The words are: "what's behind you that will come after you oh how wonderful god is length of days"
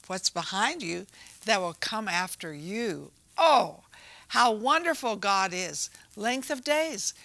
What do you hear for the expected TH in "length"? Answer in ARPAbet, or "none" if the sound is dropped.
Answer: TH